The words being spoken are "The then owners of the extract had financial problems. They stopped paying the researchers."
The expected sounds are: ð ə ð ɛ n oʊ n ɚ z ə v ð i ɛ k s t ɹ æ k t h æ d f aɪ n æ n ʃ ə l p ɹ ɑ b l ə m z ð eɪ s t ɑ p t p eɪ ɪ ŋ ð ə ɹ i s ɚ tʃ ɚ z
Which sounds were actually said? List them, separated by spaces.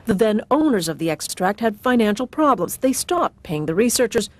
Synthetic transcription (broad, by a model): ð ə ð ɛ n oʊ n ɚ z ə v ð i ɛ k s t ɹ æ k t h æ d f aɪ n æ n ʃ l p ɹ ɑ b l ə m z ð eɪ s t ɑ p t p eɪ ɪ ŋ ð ə ɹ i s ɚ tʃ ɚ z